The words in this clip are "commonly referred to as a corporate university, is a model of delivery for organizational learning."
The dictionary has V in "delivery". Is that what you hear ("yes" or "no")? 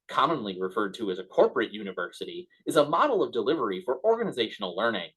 yes